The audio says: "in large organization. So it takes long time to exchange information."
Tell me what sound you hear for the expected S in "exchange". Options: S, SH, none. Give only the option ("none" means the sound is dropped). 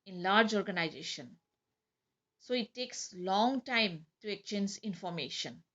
none